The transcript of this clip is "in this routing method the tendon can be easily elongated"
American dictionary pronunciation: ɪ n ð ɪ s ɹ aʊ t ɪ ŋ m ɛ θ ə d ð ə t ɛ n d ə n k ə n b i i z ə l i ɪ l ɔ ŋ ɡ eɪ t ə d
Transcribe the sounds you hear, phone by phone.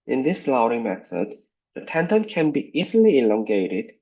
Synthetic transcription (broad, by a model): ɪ n ð ɪ s l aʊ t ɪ m ɛ θ ə d ð ə t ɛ n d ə n k ə n b i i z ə l i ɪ l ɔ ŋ ɡ eɪ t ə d